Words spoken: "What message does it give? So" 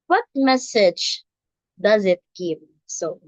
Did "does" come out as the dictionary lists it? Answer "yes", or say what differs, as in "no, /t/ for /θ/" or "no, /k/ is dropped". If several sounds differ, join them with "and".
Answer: yes